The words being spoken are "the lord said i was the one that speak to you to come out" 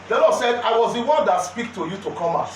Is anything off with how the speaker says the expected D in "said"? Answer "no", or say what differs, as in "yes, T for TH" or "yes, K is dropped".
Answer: no